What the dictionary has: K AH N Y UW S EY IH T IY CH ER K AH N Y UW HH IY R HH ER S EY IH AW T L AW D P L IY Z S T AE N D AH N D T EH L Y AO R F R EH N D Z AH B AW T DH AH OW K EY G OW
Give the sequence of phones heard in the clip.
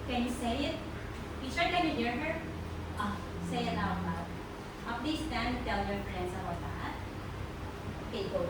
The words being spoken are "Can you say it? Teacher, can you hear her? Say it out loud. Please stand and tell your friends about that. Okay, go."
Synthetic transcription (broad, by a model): K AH N Y UW S EY IH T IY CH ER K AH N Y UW HH IY R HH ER S EY IH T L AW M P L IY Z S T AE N AH T EH L Y AO R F R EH N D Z AH B AW T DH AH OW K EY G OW